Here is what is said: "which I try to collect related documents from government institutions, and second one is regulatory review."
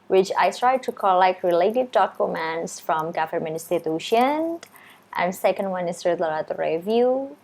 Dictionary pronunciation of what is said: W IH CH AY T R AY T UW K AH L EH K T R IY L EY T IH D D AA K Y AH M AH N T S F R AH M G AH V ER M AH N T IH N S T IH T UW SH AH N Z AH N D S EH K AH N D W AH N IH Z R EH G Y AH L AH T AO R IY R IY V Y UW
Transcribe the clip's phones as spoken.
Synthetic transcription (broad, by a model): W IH CH AY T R AY T UW K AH L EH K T R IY L EY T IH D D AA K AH M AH N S F R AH M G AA F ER M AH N IH S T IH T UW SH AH N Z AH N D S EH K AH N D W AH N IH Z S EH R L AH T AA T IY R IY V Y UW